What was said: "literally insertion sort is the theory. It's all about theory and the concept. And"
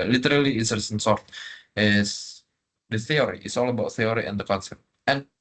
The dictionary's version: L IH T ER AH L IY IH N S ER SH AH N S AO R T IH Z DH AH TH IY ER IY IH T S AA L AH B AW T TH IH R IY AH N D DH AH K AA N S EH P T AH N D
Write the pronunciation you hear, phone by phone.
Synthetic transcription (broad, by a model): L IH T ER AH L IY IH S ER S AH N S AO R T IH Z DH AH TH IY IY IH T S AA L AH B AW T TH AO R IY AH N D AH K AA N S EH P T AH N